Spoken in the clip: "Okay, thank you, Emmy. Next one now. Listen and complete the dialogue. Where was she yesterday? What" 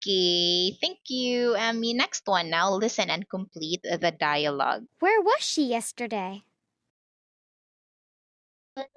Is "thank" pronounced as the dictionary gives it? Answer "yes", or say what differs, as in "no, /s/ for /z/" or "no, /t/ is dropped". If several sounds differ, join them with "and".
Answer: yes